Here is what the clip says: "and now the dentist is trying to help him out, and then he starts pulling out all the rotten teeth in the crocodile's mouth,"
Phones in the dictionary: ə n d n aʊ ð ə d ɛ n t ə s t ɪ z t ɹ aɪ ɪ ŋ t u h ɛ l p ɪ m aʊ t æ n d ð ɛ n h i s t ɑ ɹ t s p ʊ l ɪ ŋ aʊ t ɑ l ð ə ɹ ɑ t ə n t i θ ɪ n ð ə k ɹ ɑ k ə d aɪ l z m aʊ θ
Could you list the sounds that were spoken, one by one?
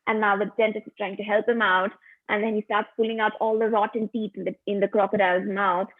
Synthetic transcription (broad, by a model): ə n n aʊ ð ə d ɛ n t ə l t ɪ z t ɹ aɪ ɪ ŋ t u h ɛ l p ɪ m aʊ t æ n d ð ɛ n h i s t ɑ ɹ t s p ʊ l ɪ ŋ aʊ t ɑ l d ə ɹ ɑ t ə n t i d ɪ n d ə k ɹ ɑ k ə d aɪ z m aʊ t